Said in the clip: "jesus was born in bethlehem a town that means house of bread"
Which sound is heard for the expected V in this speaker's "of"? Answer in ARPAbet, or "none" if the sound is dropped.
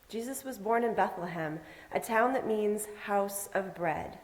V